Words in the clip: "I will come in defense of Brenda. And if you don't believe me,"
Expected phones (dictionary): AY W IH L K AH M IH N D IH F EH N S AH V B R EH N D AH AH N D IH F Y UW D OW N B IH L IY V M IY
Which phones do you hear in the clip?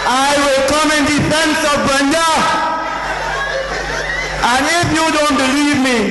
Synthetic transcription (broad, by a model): AY W IH L K AH M IH N D IH F EH N S AH V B EH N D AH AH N IH F Y UW D OW N B IH L IY V M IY